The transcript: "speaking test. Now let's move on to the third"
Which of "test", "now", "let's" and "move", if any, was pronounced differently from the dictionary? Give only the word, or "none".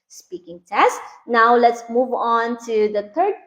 none